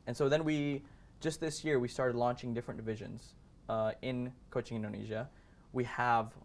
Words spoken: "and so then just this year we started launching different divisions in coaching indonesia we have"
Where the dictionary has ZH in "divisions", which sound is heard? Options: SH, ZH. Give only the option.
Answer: ZH